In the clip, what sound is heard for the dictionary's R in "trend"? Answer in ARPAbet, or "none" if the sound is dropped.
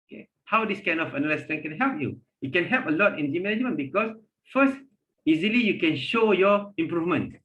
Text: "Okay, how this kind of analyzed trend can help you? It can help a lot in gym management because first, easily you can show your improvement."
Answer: none